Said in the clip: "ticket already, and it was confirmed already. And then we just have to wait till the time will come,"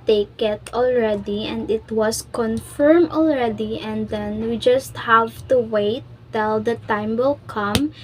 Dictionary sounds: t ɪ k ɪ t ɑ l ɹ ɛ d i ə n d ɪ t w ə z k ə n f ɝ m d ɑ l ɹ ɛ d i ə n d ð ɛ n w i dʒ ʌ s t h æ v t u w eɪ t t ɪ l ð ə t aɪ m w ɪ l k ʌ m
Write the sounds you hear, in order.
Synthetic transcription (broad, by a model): t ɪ k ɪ t ɑ l ɹ ɛ d i ə n d ɪ t w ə s k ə n f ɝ m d ɑ l ɹ ɛ d i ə n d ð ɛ n w i dʒ ʌ s t h æ v t u w eɪ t t ɪ l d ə t aɪ m w ɪ l k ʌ m